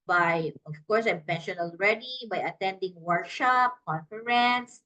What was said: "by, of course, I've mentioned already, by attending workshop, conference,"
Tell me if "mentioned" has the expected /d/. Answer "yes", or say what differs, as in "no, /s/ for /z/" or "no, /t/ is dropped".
no, /d/ is dropped